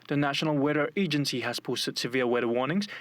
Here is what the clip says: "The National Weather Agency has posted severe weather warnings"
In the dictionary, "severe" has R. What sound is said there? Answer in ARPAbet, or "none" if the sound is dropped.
L